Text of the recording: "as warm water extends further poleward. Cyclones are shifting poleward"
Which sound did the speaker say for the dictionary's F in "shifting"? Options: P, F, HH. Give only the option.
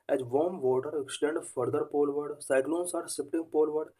P